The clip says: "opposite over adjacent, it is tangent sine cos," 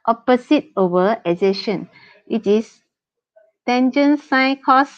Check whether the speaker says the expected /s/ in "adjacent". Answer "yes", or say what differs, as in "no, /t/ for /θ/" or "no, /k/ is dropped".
no, /ʃ/ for /s/